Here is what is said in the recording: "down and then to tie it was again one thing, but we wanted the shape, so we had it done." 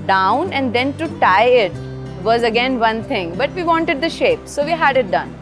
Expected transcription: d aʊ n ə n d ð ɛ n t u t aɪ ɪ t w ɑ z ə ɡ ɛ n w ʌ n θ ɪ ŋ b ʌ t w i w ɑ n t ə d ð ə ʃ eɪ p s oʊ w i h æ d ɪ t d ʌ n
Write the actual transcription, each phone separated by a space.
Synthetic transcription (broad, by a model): d aʊ n ə n d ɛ n t u t aɪ ɪ t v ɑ z ə ɡ ɛ n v ʌ n t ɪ ŋ b ʌ t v i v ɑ n t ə d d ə ʃ eɪ p s oʊ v i h æ d ɪ t d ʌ n